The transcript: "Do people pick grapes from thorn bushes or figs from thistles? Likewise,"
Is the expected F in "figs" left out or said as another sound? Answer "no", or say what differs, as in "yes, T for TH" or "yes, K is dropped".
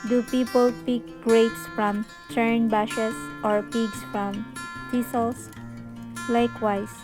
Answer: yes, P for F